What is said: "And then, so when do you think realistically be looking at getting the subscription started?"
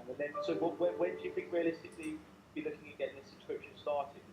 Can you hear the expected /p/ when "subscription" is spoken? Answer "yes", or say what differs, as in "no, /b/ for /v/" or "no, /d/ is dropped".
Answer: no, /p/ is dropped